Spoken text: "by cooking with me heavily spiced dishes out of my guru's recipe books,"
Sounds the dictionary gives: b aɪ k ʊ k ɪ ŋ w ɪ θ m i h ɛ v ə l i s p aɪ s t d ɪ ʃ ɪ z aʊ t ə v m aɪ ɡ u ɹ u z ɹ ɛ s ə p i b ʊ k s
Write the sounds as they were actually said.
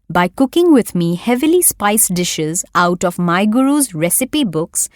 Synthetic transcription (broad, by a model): b aɪ k ʊ k ɪ ŋ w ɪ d m i h ɛ v ə l i s p aɪ s d ɪ ʃ ɪ z aʊ t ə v m aɪ ɡ u ɹ u z ɹ ɛ s ə p i b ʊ k s